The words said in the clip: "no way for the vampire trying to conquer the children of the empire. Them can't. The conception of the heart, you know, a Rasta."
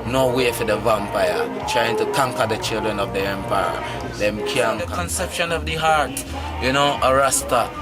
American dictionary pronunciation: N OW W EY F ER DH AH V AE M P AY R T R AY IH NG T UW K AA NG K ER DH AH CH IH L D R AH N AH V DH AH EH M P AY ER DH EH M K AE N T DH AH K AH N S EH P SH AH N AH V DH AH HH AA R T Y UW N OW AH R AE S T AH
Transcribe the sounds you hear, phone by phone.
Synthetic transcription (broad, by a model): N OW W EY F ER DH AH V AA M P AY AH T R AY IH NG T UW K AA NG K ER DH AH CH IH L D R AH N AH V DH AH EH M P AY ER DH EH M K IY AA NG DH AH K AH N S EH P SH AH N AH V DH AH HH AA R T Y UW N OW AH R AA S T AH